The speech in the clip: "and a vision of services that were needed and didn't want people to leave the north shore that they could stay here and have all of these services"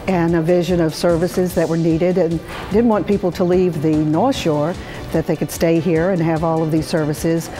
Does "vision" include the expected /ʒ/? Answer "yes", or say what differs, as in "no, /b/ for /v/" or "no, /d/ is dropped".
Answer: yes